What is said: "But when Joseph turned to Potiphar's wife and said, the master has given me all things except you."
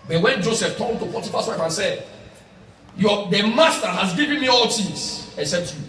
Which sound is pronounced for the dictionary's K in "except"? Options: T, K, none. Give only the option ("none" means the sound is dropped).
none